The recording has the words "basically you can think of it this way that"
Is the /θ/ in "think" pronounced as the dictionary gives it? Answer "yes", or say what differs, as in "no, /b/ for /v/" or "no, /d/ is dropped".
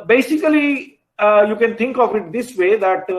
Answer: no, /t/ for /θ/